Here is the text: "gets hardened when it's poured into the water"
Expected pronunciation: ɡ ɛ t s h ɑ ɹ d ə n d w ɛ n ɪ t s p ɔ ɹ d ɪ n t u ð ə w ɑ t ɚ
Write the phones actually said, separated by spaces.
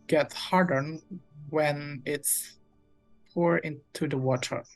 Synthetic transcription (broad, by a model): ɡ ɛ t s h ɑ ɹ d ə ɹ w ɛ n ɪ t s p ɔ ɹ ɪ n t u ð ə w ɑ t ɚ